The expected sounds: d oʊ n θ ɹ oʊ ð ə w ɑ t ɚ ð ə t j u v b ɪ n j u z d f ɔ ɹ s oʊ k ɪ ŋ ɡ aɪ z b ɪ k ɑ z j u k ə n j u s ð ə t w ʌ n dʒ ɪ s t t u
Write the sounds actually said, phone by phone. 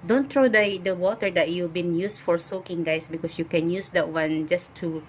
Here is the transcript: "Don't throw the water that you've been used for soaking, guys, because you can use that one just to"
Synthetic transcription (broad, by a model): d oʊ n t ɹ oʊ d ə w ɑ t ɚ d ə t j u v b ɪ n j u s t f ɔ ɹ s oʊ k ɪ ŋ ɡ aɪ s b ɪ k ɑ s j u k ə n j u s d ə t w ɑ n dʒ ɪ s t t u